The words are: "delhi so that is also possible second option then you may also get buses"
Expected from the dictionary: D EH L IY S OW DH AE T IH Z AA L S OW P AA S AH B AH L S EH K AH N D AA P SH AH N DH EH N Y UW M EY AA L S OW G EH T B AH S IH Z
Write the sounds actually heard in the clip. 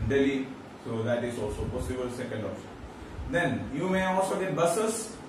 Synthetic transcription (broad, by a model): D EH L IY S OW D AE T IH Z AA L S OW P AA S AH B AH L S EH K AH N D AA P S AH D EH N Y UW M EY AA L S OW G EH T B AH S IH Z